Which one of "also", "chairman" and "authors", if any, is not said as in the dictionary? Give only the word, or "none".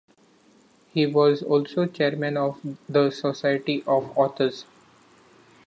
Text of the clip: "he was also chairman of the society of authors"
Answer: authors